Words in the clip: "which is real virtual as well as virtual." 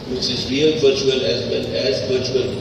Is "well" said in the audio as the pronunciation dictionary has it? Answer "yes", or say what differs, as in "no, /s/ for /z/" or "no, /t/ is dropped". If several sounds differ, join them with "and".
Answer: no, /n/ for /l/